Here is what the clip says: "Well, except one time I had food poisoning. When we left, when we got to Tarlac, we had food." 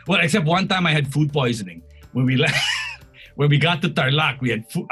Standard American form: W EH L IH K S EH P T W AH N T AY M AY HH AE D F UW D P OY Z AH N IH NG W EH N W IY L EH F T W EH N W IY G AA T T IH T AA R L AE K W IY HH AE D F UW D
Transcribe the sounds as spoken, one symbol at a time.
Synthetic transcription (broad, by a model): W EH L IH K S EH P T W AH N T AY M AY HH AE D F UW D P OY Z AH N IH NG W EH N W IY L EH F W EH N W IY G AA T T IH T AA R L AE K W IY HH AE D F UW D